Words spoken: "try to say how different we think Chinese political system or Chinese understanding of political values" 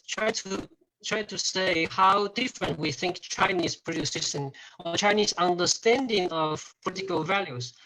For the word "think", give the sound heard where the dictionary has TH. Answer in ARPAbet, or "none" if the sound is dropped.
TH